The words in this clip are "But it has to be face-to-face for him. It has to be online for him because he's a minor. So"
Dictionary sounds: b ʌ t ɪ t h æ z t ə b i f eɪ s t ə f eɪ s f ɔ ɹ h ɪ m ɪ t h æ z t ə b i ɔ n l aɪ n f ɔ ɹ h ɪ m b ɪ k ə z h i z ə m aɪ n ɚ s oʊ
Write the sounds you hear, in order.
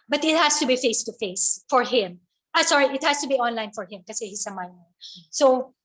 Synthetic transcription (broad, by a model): b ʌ t ɪ t h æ s t ə b i f eɪ s t ə f eɪ s f ɔ ɹ h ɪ m ɪ t h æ s t ə b i ɔ n l aɪ n f ɔ ɹ h ɪ m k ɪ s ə h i s ə m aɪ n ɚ s oʊ